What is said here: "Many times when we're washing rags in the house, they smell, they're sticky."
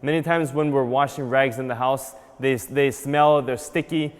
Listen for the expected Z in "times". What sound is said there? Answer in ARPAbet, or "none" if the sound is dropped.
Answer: Z